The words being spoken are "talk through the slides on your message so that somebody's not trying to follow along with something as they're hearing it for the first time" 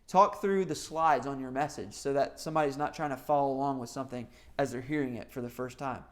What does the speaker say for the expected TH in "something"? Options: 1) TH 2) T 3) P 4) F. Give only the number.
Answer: 1